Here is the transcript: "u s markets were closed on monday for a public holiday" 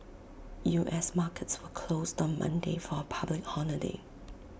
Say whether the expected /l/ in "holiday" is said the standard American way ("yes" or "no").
no